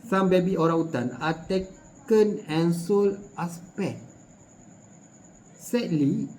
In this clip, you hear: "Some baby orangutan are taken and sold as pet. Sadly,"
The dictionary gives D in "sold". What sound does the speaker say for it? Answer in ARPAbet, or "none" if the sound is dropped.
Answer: none